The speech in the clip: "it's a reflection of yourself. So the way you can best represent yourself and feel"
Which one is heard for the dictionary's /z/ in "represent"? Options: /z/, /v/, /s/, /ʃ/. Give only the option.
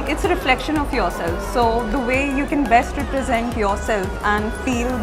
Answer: /z/